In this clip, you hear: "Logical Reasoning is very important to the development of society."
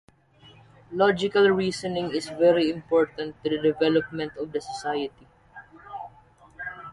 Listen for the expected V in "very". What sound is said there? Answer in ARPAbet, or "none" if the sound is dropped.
V